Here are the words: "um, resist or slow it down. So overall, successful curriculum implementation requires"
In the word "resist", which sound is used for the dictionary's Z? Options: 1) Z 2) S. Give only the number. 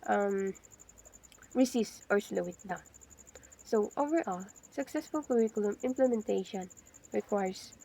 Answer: 2